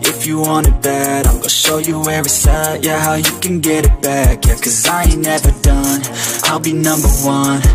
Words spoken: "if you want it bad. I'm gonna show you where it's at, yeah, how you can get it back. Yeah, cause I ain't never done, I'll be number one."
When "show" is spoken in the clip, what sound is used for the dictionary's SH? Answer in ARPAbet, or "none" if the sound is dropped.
SH